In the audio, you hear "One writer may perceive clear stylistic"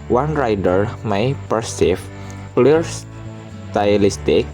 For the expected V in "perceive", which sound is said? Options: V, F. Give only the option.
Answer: F